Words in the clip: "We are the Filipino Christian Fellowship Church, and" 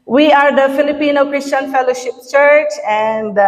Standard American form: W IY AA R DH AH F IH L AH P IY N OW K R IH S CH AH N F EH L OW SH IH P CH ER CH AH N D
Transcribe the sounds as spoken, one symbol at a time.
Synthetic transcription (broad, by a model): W IY AA R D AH F IH L AH P IY N OW K R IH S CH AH N F EH L OW SH IH P CH ER CH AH N D